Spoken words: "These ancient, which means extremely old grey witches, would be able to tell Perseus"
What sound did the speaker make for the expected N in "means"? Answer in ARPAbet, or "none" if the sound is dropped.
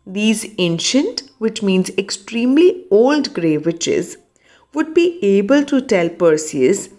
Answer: N